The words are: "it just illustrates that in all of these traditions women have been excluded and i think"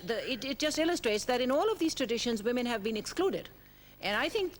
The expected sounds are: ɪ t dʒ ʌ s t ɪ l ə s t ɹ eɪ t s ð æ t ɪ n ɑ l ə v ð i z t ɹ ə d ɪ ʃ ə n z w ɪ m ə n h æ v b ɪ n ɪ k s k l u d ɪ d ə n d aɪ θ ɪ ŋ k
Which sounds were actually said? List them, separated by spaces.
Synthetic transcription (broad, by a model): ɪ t dʒ ʌ s t ɪ l ə s t ɹ eɪ t s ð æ t ɪ n ɑ l ə v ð i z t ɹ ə d ɪ ʃ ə n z w ɪ m ə n h æ v b ɪ n ɪ k s k l u d ɪ d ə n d aɪ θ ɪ ŋ k